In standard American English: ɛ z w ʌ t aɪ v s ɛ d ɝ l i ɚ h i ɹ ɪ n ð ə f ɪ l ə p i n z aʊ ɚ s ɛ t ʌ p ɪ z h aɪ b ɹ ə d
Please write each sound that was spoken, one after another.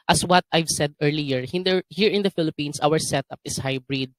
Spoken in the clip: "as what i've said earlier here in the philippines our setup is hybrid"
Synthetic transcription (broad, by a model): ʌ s w ʌ t aɪ v s ɛ d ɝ l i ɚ h i ɹ ɪ n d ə f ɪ l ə p i n s aʊ ɚ s ɛ t ʌ p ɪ s h aɪ b ɹ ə d